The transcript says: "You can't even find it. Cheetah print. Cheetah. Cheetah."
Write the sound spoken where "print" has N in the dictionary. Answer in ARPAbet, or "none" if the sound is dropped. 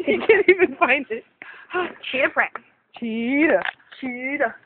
none